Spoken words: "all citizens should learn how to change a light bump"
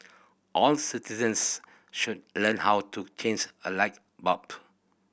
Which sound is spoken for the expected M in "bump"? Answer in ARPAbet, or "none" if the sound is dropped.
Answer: none